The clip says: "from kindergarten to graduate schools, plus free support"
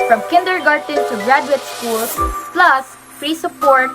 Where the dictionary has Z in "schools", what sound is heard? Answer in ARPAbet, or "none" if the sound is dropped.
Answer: S